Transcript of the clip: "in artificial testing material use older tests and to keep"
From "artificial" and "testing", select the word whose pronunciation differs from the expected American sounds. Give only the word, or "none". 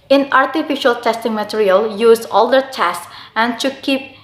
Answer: none